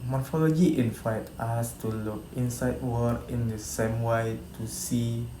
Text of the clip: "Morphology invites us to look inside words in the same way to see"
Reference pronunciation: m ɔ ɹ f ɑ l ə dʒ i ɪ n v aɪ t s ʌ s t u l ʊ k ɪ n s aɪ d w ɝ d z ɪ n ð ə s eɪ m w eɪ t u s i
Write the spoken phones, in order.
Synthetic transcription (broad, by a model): m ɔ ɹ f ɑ l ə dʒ i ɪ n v aɪ t ɑ s t u l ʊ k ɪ n s aɪ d w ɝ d ɪ n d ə s eɪ m w eɪ t u s i